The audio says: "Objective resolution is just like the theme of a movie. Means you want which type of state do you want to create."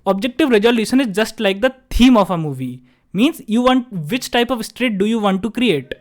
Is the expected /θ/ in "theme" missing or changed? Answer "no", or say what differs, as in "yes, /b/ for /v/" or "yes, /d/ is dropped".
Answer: yes, /t/ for /θ/